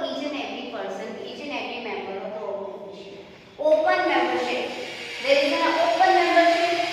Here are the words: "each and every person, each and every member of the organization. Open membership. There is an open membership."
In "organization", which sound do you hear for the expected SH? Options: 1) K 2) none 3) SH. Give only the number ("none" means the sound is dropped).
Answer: 2